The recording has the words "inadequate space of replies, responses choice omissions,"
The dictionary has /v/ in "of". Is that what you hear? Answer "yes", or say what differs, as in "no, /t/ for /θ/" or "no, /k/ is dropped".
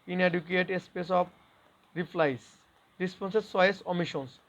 no, /p/ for /v/